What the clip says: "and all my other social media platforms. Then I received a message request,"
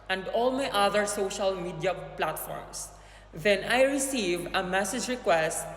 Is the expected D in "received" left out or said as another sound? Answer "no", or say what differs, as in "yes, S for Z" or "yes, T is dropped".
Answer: yes, D is dropped